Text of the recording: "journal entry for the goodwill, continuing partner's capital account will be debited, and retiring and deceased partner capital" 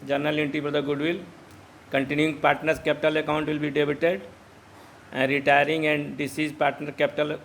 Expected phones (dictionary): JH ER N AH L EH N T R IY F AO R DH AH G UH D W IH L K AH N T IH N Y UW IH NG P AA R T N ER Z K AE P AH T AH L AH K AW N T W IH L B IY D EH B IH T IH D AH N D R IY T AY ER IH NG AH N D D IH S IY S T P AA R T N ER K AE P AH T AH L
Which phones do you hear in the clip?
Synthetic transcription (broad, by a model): JH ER N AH L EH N T IY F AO R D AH G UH D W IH L K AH N T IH N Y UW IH NG P AA R T N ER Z K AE P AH T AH L AH K AW N T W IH L B IY D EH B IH T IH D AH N D R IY T AY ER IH NG AH N D D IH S IY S P AA R T N ER K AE P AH T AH L